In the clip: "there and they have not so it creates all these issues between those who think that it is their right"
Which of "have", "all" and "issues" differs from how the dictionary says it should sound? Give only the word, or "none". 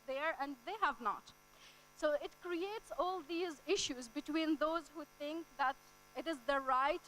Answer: none